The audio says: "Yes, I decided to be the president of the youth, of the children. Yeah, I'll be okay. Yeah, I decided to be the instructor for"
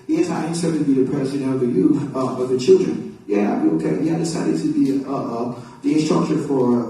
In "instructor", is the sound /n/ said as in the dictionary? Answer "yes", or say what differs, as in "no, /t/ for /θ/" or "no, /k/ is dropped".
no, /n/ is dropped